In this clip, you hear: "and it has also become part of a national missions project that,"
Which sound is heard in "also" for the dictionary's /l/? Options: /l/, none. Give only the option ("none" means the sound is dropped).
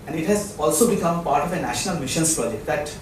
/l/